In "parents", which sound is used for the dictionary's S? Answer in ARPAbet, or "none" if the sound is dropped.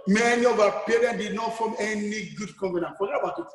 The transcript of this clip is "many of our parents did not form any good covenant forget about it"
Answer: none